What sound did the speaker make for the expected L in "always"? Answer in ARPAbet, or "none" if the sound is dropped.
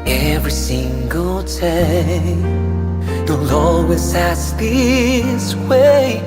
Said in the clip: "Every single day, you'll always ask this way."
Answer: none